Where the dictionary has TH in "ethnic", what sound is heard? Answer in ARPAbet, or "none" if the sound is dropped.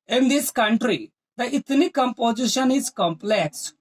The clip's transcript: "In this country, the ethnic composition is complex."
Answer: T